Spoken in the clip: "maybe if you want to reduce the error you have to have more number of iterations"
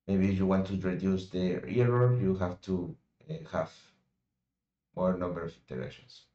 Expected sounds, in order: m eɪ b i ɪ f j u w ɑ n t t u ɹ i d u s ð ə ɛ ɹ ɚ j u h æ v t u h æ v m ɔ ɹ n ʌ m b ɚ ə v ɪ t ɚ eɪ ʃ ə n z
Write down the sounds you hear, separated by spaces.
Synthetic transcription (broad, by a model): m eɪ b i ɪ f j u w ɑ n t t u ɹ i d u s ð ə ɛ ɹ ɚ j u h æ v t u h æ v m ɔ ɹ n ʌ m b ɚ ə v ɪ t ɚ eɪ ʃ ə n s